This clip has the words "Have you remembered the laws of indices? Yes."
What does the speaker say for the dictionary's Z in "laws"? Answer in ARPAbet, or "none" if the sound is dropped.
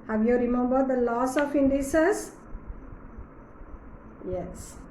S